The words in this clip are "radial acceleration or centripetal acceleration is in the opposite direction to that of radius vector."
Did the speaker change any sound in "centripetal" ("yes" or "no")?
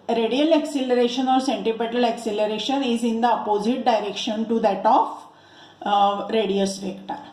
yes